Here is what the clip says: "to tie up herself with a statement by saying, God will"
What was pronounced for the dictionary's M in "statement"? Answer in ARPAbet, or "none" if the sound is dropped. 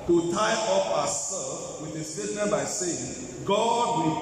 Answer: none